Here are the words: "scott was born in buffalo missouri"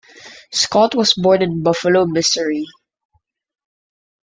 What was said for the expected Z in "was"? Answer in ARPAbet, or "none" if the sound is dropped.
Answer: S